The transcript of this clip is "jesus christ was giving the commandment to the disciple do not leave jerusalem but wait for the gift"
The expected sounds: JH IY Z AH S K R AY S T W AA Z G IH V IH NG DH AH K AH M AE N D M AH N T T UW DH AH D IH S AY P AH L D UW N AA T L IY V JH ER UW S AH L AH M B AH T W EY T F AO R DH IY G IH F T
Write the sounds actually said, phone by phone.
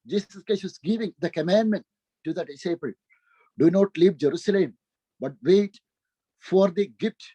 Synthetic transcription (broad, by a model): JH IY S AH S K AY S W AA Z G IH V IH NG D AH K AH M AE N D M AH N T T UW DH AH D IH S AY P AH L D UW N AA T L IY V JH ER UW S AH L AH M B AH T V EY T F AO R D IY G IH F T